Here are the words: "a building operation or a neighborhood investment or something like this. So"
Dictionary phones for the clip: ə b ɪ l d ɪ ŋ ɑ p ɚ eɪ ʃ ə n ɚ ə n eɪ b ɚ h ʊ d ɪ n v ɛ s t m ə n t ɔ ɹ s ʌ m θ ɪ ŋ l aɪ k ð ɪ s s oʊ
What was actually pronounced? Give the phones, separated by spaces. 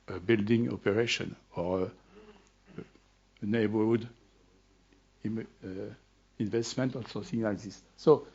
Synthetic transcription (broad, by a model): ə b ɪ l d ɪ ŋ ɑ p ɚ eɪ ʃ ə n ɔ ə n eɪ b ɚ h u d ɪ n v ɛ s t m ə n t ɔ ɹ s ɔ θ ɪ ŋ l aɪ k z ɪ s s oʊ